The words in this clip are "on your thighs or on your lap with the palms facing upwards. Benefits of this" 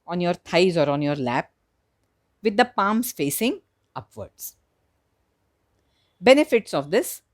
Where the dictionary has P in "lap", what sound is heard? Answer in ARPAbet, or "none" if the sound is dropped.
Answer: P